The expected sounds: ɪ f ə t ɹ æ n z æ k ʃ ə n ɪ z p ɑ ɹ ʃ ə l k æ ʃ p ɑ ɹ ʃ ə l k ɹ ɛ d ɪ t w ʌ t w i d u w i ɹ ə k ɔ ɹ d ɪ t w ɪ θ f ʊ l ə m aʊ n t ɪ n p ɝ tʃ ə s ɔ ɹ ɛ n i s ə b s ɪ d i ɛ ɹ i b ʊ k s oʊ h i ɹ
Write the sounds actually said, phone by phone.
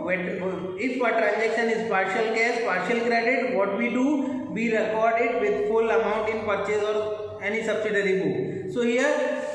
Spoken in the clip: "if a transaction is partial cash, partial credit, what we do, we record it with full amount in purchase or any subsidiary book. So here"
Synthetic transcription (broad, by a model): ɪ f ə t ɹ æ n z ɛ k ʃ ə n ɪ z p ɑ ɹ ʃ ə l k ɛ s p ɑ ɹ ʃ ə l k ɹ ɛ d ɪ t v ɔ t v i d u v i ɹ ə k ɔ ɹ d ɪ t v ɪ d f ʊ l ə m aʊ n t ɪ n p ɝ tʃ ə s ɔ ɹ ɛ n i s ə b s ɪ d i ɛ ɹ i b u s oʊ h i ɹ